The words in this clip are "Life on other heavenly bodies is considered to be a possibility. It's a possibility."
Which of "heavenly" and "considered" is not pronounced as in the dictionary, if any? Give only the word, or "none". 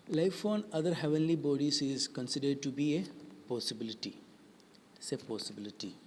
none